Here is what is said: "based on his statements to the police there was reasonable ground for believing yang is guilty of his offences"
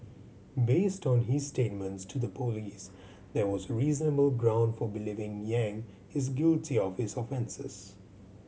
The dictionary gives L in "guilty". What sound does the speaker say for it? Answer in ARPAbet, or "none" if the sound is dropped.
L